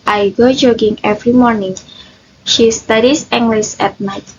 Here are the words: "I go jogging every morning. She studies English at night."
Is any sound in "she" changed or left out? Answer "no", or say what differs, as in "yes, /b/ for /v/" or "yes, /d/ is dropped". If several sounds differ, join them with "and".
no